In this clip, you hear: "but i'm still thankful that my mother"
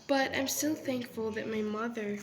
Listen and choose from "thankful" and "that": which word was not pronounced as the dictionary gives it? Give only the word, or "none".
none